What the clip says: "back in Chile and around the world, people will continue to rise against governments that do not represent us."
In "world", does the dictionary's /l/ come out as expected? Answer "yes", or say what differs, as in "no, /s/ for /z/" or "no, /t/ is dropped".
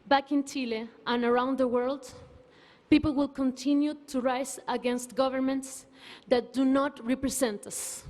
yes